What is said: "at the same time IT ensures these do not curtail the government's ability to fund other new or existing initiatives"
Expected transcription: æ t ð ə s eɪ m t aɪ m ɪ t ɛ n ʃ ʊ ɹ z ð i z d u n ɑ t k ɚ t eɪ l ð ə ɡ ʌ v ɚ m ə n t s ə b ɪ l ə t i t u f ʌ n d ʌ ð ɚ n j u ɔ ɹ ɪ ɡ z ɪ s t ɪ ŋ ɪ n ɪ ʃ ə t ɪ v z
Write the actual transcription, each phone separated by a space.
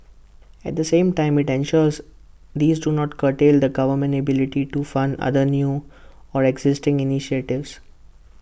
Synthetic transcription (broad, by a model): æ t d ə s eɪ m t aɪ m ɪ t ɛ n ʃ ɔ ɹ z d i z d u n ɑ t k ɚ t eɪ l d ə ɡ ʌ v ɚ m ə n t ə b ɪ l ə t i t u f ʌ n d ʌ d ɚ n j u ɔ ɹ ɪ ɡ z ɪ s t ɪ ŋ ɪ n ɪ ʃ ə t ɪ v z